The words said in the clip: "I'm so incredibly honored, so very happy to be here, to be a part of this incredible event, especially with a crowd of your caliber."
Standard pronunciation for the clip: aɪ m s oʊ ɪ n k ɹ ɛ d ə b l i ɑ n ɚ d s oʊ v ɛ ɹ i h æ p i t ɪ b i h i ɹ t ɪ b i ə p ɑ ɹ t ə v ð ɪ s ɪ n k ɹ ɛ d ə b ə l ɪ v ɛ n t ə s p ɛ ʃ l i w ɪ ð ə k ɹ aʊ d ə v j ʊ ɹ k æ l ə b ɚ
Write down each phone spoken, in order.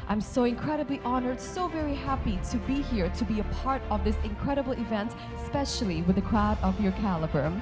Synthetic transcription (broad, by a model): aɪ m s oʊ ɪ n k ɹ ɛ d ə b l i ɑ n ɚ d s oʊ v ɛ ɹ i h æ p i t ɪ b i h i ɹ t ɪ b i ə p ɑ ɹ t ə v ð ɪ s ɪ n k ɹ ɛ d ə b l ɪ v ɛ n t s p ɛ ʃ l i w ɪ ð ə k ɹ aʊ d ə v j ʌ ɹ k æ l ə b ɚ